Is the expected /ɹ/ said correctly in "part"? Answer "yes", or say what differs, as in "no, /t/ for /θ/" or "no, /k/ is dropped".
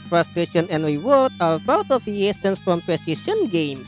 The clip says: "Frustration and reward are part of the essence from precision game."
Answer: no, /w/ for /ɹ/